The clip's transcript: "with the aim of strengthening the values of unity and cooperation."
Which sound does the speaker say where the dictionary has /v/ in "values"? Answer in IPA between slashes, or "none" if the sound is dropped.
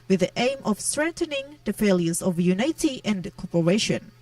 /f/